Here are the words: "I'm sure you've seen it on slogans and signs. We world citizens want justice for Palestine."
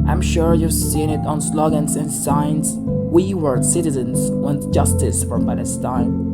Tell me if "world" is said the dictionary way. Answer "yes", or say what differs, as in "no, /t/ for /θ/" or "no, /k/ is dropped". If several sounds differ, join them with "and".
no, /l/ is dropped